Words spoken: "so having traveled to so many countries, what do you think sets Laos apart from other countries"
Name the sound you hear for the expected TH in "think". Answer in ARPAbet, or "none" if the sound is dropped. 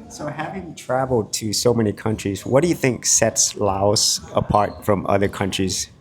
TH